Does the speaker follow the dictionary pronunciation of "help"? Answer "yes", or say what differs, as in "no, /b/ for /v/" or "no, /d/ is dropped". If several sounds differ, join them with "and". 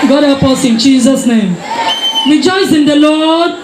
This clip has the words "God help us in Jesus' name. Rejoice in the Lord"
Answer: no, /l/ is dropped